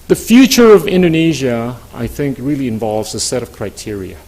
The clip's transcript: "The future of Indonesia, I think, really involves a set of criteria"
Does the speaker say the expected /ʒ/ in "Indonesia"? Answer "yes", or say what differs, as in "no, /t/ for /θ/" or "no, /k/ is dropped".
yes